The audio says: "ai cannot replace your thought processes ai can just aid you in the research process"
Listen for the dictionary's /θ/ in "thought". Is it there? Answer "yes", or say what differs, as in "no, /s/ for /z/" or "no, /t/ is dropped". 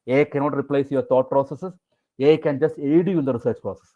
no, /t/ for /θ/